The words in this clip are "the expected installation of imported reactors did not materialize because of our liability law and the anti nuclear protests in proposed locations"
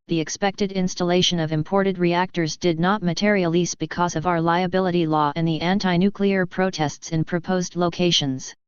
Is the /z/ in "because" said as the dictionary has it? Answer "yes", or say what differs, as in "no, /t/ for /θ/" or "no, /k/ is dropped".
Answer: yes